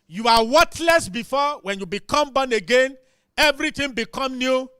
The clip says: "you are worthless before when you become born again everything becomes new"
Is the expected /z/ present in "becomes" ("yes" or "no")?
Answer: no